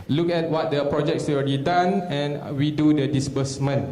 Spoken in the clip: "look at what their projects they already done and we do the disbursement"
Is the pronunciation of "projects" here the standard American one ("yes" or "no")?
yes